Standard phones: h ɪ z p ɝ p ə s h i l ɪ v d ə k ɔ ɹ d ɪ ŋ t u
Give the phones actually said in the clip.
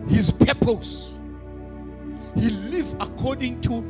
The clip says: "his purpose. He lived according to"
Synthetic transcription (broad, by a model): h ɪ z p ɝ p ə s h i l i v ə k ɔ d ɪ ŋ t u